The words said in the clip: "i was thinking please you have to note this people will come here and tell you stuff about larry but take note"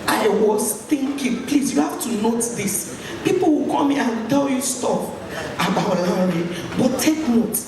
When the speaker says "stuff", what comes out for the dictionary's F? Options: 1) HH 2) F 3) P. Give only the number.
3